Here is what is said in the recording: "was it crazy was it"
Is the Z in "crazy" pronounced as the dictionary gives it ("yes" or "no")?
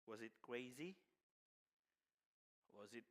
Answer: yes